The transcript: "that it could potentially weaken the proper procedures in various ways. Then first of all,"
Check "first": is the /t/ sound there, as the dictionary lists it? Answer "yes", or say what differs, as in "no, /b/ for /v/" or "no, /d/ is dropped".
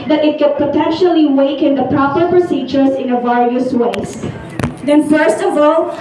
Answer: yes